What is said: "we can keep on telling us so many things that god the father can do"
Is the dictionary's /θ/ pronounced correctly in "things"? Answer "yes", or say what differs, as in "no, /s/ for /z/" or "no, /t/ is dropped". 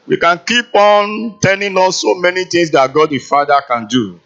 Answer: no, /t/ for /θ/